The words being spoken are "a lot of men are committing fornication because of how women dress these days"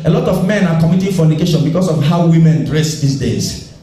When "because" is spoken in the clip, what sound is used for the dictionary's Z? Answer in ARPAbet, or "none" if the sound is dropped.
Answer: S